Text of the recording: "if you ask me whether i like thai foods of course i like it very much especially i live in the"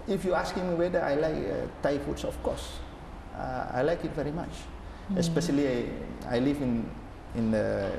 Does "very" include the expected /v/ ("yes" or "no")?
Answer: yes